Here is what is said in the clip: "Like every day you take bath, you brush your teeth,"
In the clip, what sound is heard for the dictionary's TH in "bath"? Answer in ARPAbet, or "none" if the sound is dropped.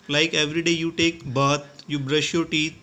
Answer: T